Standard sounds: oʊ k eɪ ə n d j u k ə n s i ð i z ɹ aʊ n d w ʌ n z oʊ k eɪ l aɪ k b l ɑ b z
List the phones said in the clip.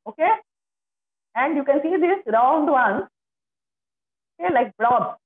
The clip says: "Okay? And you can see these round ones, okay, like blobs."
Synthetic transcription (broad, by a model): oʊ k eɪ ə n d j u k ə n s i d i s ɹ aʊ n d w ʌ n oʊ k eɪ l aɪ k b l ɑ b